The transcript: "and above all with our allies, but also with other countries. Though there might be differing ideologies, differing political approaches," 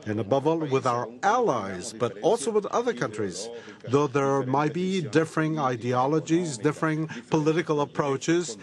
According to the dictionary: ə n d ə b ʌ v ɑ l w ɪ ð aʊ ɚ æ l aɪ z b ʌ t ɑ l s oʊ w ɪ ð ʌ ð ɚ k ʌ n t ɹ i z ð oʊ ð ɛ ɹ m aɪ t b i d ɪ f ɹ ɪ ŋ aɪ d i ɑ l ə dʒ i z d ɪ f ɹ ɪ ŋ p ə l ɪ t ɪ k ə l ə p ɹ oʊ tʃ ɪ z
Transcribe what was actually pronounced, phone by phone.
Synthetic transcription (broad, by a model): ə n ə b ʌ v ɑ l w ɪ ð aʊ ɚ æ l aɪ z b ʌ t ɑ l s oʊ w ɪ ð ʌ ð ɚ k ʌ n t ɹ i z ð oʊ ð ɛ ɹ m aɪ t b i d ɪ f ɹ ɪ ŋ aɪ d i ɑ l ə dʒ i z d ɪ f ɹ ɪ ŋ p ə l ɪ t ɪ k ə l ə p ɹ oʊ tʃ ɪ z